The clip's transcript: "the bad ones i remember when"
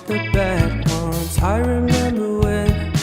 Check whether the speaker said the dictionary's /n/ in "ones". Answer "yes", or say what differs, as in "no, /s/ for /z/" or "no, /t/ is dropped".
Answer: no, /n/ is dropped